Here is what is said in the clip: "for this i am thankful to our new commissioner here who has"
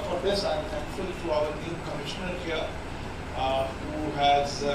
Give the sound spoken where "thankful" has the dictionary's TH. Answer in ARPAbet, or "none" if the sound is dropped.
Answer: T